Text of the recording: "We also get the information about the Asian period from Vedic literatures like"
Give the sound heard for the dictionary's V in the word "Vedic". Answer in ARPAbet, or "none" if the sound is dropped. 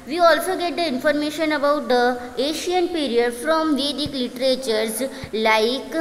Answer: V